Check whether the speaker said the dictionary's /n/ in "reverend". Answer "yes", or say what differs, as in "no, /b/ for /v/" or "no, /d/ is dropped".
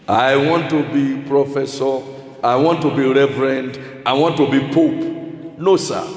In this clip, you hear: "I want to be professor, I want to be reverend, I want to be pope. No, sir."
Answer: yes